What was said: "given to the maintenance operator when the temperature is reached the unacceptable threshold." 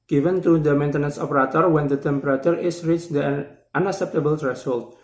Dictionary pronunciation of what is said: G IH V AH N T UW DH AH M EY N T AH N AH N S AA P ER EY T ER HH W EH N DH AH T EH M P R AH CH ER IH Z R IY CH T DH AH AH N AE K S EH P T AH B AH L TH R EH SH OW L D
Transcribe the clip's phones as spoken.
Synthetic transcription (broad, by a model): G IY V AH N T UW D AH M EY N T AH N AH N S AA P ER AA T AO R W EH N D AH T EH M P R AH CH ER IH S R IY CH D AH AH N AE K S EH P T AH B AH L R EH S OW L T